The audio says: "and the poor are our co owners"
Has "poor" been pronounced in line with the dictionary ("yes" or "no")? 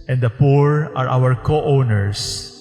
yes